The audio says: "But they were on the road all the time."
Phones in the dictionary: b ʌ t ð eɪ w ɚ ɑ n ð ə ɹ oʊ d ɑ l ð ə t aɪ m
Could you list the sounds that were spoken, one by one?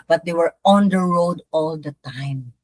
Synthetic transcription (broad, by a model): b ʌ t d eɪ w ɚ ɑ n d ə ɹ oʊ d ɑ l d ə t aɪ m